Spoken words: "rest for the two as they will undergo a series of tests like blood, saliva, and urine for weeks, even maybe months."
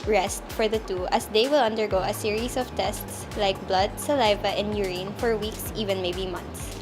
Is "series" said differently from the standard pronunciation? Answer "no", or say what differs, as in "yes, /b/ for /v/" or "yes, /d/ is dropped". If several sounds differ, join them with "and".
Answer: yes, /s/ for /z/